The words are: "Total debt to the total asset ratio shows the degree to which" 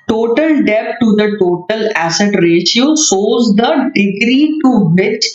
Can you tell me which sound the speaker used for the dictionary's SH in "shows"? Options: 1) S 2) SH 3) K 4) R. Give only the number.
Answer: 1